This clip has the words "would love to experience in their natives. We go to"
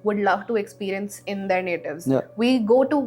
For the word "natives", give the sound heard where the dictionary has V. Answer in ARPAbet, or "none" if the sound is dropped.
V